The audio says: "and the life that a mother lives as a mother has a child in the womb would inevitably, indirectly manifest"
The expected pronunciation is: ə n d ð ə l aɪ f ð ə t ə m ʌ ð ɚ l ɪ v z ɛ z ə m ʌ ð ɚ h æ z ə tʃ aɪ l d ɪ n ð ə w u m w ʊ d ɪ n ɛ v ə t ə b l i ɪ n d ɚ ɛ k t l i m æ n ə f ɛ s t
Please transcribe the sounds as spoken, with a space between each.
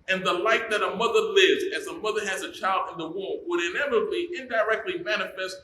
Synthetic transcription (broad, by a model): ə n ð ə l aɪ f ð ə t ə m ʌ ð ɚ l ɪ v z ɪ z ə m ʌ ð ɚ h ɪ z ə tʃ aɪ l d ɪ n ð ə w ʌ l w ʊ d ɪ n ɛ v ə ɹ b i ɪ n d ɚ ɛ k t l i m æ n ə f ɛ s t